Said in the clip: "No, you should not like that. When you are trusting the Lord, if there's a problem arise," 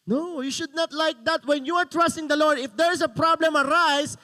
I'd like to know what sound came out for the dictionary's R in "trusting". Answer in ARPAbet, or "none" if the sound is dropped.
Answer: R